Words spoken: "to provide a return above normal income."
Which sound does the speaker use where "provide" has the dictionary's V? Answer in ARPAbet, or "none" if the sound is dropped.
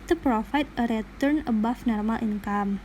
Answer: F